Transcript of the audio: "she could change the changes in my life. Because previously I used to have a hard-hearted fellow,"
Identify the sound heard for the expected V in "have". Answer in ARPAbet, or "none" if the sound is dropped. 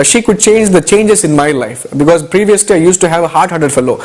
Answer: V